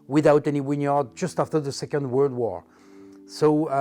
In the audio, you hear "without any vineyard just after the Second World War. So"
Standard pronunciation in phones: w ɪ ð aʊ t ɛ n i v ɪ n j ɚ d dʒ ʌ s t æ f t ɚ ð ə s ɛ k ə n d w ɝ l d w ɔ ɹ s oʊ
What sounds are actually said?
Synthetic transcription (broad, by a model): w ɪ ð aʊ t ɛ n i w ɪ n j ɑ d dʒ ʌ s t æ f t ɚ ð ə s ɛ k ə n d w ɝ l d w ɔ ɹ s oʊ